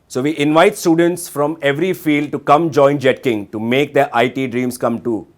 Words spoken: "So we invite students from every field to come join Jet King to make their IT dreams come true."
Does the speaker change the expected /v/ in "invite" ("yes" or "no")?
no